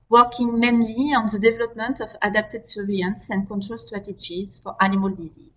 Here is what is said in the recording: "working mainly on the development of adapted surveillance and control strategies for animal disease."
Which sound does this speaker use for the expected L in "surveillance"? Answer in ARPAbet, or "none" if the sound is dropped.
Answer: none